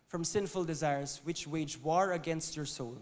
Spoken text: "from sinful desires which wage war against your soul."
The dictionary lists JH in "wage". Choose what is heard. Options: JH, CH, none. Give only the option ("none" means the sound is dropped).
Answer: JH